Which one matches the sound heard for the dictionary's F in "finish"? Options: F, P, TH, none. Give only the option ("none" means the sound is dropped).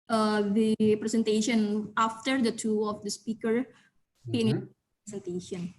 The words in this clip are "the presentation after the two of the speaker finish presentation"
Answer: P